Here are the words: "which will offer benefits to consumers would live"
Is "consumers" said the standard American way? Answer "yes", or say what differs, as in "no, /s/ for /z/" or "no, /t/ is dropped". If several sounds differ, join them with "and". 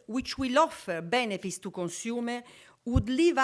no, /z/ is dropped